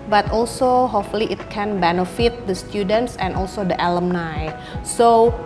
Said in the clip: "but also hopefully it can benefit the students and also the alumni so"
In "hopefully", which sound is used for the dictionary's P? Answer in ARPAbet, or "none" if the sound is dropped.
none